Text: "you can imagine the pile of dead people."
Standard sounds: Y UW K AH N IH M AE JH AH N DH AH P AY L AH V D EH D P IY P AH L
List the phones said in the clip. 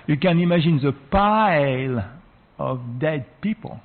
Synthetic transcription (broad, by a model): Y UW K AH N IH M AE ZH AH N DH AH P AY L AH V D EH D P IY P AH L